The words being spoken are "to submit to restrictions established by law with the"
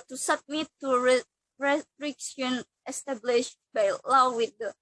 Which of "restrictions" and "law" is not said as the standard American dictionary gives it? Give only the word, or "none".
restrictions